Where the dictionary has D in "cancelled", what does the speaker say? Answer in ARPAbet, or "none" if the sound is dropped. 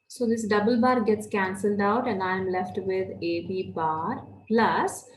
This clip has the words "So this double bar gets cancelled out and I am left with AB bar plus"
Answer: D